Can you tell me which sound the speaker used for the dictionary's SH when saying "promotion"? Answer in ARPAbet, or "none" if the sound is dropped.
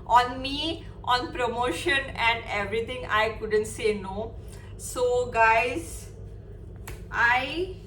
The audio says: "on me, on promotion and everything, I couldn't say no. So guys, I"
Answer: SH